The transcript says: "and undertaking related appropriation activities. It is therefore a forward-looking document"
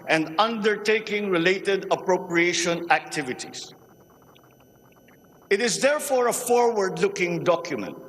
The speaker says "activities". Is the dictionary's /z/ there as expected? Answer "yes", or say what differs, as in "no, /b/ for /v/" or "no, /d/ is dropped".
no, /s/ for /z/